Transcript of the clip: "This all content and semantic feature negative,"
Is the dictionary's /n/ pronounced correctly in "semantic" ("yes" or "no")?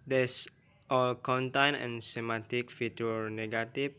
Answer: no